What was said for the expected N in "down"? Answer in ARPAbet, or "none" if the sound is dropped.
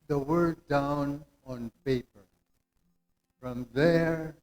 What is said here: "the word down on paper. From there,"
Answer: N